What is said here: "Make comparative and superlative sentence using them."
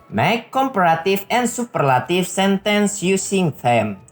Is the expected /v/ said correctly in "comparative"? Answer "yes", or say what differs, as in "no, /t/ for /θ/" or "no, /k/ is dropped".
no, /f/ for /v/